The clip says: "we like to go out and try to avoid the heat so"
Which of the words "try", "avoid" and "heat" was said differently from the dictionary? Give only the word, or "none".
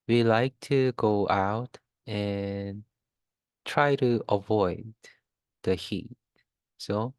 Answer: none